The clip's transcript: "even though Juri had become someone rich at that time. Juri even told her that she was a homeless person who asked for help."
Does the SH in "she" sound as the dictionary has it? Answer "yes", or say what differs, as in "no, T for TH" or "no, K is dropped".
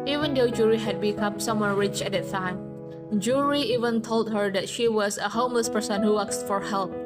yes